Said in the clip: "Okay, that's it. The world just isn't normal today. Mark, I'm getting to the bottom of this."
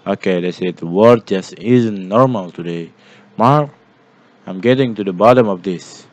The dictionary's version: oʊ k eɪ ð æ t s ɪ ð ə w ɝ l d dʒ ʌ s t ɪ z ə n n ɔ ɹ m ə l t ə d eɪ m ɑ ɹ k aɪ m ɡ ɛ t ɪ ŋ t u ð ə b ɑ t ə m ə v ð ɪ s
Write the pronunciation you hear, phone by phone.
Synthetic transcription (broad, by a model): oʊ k eɪ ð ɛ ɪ s ɪ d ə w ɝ d dʒ ʌ s t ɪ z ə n n ɔ ɹ m ə l t ə d eɪ m ɑ ɹ k aɪ m ɡ ɛ t ɪ ŋ t u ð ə b ɑ t ə m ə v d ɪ s